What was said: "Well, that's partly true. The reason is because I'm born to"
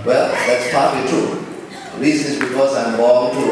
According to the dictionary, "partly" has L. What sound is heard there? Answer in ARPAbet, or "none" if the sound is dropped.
none